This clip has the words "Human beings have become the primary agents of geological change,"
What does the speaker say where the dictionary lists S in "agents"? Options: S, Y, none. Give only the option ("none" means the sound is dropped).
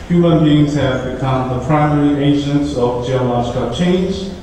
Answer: S